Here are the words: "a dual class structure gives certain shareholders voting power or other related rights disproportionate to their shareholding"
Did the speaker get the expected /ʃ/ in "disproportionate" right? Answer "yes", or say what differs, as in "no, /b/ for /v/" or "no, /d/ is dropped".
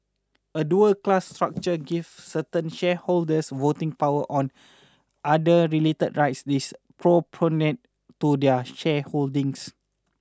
no, /ʃ/ is dropped